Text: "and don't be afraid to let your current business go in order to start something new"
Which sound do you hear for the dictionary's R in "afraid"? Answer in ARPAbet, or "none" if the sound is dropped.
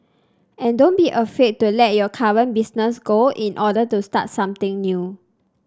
none